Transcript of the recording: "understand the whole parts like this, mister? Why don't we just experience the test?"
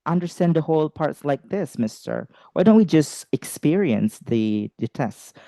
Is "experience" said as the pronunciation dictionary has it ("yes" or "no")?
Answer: yes